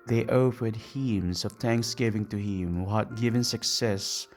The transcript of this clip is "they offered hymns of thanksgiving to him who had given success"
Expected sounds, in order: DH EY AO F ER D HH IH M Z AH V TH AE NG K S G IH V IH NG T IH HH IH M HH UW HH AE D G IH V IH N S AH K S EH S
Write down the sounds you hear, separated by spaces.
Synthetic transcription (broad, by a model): DH EY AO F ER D HH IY M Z AH V TH AE NG K S G IH V IH NG T IH HH IH M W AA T G IH V IH N S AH K S EH S